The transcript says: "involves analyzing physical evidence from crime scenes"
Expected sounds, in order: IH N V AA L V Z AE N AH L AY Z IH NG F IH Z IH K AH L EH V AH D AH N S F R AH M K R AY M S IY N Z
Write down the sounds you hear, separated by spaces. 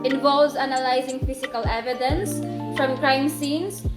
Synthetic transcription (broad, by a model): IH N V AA L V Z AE N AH L AY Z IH NG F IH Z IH K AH L EH V AH D AH N S F R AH M K R AY M S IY N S